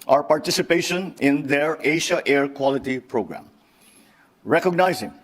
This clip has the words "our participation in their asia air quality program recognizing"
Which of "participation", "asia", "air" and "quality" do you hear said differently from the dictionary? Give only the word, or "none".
asia